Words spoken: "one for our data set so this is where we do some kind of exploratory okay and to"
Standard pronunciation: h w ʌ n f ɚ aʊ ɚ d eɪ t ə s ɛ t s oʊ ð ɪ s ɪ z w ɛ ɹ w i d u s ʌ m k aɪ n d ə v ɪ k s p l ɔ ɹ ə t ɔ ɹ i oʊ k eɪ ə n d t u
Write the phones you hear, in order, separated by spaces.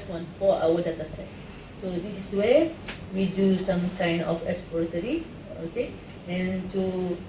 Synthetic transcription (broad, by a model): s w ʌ n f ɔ aʊ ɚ d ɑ t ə s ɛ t s oʊ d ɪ s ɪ s w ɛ w i d u s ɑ m k aɪ n d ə f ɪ k s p ɔ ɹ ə t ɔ ɹ i oʊ k eɪ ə n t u